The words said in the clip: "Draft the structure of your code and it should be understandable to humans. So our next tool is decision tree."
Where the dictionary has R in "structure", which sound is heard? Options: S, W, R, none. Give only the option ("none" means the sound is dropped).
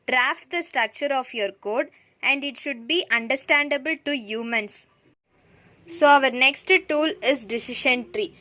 R